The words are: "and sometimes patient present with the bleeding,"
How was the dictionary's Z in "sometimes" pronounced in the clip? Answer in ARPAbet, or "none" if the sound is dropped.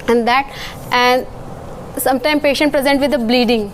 none